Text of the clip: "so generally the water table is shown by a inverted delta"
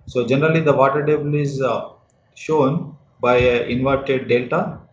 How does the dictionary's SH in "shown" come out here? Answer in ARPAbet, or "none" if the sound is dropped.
SH